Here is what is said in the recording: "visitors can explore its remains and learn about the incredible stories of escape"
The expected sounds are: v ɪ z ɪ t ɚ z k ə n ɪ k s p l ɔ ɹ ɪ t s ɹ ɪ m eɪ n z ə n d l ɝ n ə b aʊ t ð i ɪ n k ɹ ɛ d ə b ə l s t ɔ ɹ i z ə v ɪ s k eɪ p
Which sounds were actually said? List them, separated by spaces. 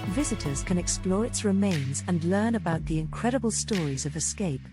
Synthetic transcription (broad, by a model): v ɪ z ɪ t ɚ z k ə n ɪ k s p l ɔ ɹ ɪ t s ɹ ɪ m eɪ n z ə n l ɝ n ə b aʊ t ð i ɪ n k ɹ ɛ d ə b ə l s t ɔ ɹ i z ə v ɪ s k eɪ p